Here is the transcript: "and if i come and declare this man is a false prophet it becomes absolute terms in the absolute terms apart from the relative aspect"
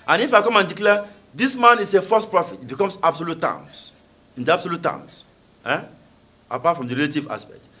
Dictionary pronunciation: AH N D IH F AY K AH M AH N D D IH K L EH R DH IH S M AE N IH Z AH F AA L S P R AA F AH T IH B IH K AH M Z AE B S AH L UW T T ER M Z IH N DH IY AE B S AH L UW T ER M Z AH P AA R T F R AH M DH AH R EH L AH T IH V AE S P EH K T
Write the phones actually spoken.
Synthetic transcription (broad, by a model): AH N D IH F AY K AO M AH N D D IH K L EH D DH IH S M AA N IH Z AH F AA S P R AA F AH T IH B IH K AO M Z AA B S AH L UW T T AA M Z IH N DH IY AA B S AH L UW T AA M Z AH P AA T F R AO M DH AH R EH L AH T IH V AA S P EH K T